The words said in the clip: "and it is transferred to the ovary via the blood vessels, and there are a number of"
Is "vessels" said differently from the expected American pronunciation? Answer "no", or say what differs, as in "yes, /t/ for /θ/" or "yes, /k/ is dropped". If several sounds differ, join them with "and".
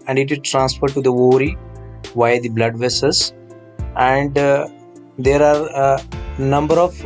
yes, /l/ is dropped